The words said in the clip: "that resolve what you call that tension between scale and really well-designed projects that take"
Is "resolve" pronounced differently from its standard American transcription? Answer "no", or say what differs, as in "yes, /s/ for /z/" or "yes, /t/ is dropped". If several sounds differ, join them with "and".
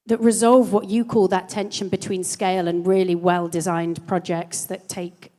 no